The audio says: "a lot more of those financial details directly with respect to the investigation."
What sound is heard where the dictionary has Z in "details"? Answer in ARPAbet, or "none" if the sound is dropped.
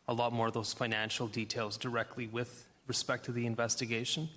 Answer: Z